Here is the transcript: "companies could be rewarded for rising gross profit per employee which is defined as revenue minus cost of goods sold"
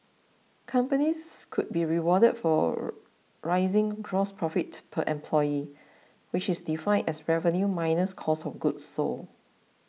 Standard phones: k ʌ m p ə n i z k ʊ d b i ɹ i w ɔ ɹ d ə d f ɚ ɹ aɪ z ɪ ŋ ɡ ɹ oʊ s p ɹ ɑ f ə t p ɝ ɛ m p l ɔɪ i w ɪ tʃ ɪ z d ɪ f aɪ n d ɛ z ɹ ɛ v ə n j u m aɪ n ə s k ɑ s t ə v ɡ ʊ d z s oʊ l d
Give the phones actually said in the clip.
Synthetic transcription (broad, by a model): k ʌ m p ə n i s k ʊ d b i ɹ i w ɔ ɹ d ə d f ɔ ɹ aɪ z ɪ ŋ ɡ ɹ oʊ s p ɹ ɑ f ə t p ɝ ɛ m p l ɔɪ i w ɪ tʃ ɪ s d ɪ f aɪ n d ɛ s ɹ ɛ v ə n j u m aɪ n ə s k ɑ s ə f ɡ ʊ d s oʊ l